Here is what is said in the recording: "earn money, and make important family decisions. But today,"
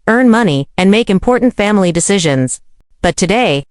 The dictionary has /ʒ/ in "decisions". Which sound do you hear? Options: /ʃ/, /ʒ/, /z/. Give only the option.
/ʒ/